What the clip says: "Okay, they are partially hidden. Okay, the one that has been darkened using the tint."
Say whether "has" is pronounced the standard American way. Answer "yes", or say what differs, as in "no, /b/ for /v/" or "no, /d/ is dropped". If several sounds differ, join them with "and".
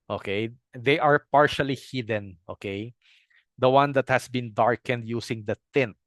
no, /s/ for /z/